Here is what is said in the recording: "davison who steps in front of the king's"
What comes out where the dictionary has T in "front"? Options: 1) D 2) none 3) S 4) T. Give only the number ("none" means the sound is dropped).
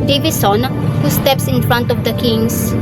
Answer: 4